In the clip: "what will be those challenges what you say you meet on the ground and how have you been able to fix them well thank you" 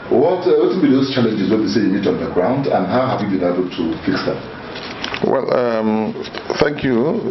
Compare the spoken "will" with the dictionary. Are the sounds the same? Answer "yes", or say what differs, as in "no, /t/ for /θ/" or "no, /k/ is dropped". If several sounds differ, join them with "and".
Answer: no, /n/ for /l/